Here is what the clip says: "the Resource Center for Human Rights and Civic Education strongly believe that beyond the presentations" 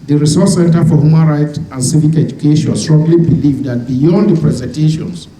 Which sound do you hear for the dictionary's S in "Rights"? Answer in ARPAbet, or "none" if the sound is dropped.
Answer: none